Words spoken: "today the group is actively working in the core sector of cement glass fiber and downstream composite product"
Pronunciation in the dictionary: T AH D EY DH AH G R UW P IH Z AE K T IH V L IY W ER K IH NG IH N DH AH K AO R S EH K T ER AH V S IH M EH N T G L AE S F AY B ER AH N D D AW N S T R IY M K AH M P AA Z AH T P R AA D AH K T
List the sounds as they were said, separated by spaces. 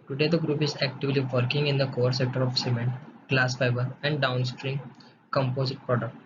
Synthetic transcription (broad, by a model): T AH D EY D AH G R UW P IH Z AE K T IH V L IY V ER K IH NG IH N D AH K AO R S EH K T ER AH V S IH M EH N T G L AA S F AY B ER AH N D D AW N S T R IY M K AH M P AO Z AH T P R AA D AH K T